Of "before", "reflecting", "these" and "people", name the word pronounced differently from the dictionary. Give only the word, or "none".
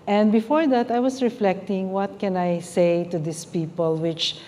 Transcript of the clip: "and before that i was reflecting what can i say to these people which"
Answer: these